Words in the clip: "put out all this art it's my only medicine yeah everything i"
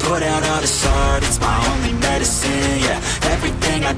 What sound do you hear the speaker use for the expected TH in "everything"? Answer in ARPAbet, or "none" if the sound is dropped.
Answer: TH